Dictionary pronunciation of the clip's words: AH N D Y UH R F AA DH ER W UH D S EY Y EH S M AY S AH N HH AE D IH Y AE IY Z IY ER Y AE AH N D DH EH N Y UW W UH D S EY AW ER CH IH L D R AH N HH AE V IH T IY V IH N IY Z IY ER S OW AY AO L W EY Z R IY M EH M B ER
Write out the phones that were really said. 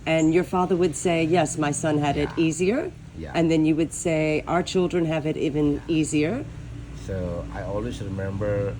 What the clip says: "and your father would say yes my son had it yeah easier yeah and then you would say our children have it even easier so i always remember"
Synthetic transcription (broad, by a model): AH N Y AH R F AA DH ER W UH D S EY Y EH S M AY S AH N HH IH D IH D IY Z IY ER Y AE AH N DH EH N Y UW W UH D S EY AW ER CH IH L D R AH N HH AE V IH T IY V IH N IY Z IY ER S OW AY AO L W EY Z R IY M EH M B ER